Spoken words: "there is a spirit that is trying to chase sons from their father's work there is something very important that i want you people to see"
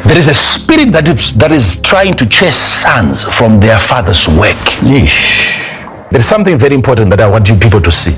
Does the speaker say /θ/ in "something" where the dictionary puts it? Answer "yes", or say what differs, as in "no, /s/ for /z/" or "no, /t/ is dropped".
yes